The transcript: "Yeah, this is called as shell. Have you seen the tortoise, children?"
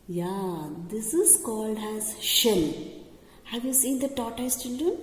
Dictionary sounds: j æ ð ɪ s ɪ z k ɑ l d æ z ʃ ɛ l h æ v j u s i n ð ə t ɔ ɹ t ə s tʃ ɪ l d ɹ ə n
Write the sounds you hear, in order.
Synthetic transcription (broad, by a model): j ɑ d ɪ s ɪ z k ɑ l d æ z ʃ ɛ l h æ v j u s i n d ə t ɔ t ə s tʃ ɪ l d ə